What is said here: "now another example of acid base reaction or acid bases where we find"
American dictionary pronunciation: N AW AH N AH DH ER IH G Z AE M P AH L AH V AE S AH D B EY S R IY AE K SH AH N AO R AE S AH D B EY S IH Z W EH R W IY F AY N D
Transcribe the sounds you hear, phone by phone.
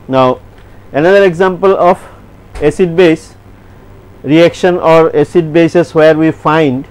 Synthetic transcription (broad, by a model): N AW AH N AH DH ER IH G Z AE M P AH L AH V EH S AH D B EY S R IY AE K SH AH N AO R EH S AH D B EY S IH S W EH R W IY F AY N D